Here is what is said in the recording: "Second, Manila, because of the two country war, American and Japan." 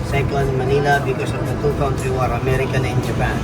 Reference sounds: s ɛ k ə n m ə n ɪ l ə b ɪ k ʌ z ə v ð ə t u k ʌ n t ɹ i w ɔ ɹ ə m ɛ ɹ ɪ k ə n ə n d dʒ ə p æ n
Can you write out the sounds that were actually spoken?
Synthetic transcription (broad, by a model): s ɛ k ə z m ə n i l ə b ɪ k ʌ s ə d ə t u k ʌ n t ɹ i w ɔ ɹ ə m ɛ ɹ ɪ k ə n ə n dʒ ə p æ n